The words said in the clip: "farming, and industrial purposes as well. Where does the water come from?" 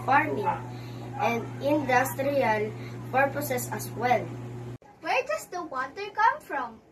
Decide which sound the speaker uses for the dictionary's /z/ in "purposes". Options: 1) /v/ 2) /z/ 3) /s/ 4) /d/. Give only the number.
3